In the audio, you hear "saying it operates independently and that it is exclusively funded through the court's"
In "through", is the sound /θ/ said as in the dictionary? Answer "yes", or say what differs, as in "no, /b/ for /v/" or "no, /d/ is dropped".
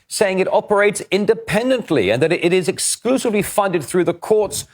yes